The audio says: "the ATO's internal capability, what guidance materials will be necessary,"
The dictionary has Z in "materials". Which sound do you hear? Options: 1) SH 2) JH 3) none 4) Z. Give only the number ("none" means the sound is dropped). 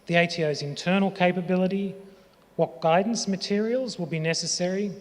4